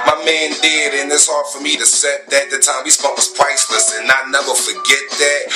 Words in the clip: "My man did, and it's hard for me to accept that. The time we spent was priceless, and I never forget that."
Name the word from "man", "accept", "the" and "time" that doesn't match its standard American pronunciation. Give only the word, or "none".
accept